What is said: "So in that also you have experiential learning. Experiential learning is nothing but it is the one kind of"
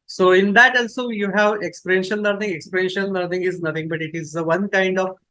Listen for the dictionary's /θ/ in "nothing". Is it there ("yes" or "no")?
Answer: no